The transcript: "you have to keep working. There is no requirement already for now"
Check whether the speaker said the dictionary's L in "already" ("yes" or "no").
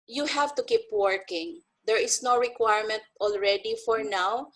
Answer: yes